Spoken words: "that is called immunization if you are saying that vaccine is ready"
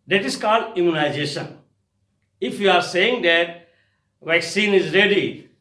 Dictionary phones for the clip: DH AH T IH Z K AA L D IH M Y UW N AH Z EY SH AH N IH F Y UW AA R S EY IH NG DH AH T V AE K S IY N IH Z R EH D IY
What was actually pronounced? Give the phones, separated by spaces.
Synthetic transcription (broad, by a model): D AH T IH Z K AA L D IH M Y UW N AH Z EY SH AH N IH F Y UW AA R S EY IH NG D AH T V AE K S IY N IH Z R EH D IY